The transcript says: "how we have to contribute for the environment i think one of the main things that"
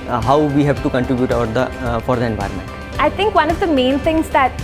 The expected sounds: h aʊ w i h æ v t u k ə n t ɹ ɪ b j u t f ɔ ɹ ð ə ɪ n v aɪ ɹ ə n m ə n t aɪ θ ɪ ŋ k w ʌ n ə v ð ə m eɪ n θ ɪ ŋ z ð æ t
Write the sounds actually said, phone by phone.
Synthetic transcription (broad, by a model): h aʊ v i h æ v t u k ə n t ɹ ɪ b j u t f ɔ ɹ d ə ɪ n v aɪ ɹ ə n m ə n t aɪ t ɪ ŋ k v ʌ n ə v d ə m eɪ n t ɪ ŋ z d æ t